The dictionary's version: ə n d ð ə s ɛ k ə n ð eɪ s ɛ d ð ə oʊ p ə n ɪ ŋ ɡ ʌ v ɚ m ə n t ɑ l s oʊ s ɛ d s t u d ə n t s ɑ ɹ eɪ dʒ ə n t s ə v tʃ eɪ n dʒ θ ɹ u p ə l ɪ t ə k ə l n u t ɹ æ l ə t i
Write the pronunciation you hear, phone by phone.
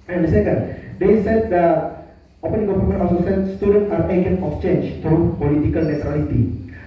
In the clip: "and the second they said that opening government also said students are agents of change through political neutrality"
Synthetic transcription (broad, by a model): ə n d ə s ɛ k ə n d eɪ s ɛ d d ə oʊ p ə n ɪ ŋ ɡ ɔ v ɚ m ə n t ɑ s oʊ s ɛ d s t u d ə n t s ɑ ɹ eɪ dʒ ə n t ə f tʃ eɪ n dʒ t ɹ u p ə l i t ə k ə l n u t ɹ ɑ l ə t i